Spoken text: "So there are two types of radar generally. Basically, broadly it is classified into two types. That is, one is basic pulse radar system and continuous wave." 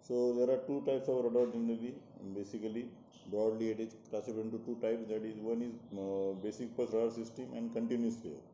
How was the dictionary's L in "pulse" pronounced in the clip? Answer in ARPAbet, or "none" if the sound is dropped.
none